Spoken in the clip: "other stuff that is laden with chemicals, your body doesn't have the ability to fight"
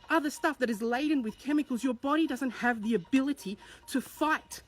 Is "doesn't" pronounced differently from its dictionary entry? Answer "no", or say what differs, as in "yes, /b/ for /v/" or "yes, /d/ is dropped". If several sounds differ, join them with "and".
no